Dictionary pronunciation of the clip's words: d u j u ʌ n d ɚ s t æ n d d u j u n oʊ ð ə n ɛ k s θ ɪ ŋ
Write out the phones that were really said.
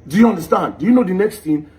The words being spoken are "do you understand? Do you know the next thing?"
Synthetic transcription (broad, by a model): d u j u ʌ n d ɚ s t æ n d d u j u n oʊ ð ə n ɛ k s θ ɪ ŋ